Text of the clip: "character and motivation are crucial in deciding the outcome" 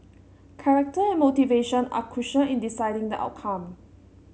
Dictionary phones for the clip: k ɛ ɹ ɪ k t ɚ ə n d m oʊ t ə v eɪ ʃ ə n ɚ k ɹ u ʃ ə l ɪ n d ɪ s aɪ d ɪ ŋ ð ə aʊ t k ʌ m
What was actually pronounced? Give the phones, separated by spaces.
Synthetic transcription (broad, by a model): k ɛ ɹ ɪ k t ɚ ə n m oʊ t ə v eɪ ʃ ə n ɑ k u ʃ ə ɪ n d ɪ s aɪ d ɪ ŋ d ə aʊ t k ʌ m